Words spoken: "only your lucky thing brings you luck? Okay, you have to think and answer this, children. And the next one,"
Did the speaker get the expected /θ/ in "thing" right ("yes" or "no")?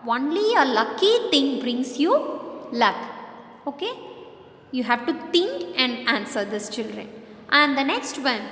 no